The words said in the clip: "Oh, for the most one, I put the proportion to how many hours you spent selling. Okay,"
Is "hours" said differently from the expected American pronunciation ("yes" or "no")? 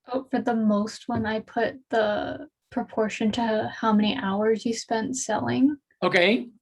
no